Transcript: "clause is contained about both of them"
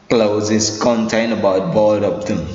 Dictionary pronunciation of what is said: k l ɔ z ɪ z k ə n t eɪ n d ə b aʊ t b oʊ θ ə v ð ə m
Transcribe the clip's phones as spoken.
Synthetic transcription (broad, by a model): k l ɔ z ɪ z k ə n t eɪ n ə b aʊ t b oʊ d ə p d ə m